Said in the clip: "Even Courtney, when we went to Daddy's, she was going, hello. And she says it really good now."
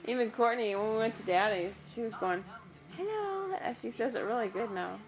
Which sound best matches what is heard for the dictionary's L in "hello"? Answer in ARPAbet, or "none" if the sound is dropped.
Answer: N